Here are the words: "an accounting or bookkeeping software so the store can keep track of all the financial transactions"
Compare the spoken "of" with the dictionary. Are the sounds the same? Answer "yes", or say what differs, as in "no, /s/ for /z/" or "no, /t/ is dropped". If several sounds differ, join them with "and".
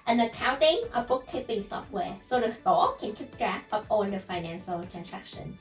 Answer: no, /p/ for /v/